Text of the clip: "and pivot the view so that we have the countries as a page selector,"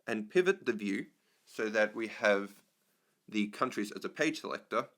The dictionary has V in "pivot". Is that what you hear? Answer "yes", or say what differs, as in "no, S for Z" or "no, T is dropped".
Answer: yes